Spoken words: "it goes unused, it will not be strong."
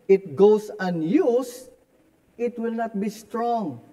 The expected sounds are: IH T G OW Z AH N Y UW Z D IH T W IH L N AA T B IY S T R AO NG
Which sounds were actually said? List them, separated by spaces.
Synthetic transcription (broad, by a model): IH T G OW S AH N Y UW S IH T W IH L N AA T B IY S T R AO NG